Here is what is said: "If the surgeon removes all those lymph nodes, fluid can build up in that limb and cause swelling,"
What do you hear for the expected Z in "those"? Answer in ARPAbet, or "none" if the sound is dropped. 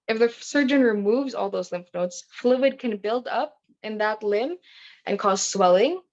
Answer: Z